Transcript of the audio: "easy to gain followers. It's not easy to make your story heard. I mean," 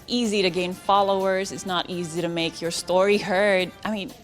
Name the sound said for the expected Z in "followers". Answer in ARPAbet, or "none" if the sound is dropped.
Z